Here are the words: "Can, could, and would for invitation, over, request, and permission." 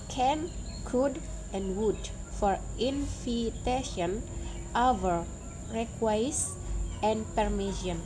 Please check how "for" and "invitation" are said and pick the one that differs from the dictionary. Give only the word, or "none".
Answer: invitation